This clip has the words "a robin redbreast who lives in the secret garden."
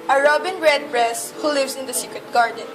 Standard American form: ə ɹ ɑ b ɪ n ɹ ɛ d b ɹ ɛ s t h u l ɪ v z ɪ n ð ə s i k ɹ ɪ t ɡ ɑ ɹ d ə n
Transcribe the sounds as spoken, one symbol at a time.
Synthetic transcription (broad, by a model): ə ɹ ɑ b ɪ n ɹ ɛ d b ɹ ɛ s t h u l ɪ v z ɪ n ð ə s i k ɹ ɪ t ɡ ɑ ɹ d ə n